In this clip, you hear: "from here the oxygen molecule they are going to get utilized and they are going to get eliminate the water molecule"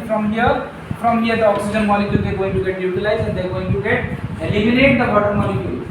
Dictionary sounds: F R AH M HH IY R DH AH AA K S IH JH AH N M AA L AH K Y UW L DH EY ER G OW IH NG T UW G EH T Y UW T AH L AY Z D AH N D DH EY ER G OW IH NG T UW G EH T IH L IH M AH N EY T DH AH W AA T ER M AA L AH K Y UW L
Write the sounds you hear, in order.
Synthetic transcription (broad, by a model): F R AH M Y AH R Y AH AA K S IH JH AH N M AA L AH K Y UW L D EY G OW IH NG T UW G EH T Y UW T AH L AY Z AH N D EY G OW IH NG T UW G EH T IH L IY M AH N EY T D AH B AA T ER M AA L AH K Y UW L